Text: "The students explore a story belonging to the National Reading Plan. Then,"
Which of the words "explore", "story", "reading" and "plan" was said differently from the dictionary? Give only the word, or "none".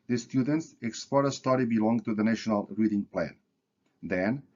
none